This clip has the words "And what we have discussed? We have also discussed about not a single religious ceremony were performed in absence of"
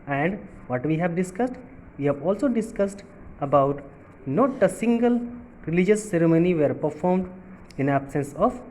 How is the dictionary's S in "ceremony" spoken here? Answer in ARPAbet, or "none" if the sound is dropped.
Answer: S